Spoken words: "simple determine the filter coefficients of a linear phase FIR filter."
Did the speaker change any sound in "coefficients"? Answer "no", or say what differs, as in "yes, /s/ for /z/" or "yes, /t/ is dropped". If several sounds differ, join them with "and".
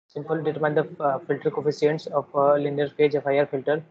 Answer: yes, /s/ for /ʃ/